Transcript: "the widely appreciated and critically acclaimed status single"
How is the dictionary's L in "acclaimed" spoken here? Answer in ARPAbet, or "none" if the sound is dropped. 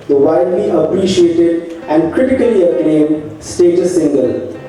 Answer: N